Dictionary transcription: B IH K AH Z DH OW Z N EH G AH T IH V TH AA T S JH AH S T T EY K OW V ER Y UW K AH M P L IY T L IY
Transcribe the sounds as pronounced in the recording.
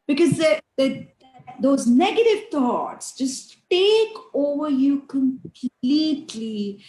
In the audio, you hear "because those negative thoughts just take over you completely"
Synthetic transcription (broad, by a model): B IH K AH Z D OW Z N EH G AH T IH V T AA T S JH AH S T T EY K OW V ER Y UW K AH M P L IY T L IY